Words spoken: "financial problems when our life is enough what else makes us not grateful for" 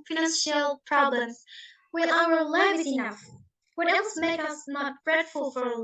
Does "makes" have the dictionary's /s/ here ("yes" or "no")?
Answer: no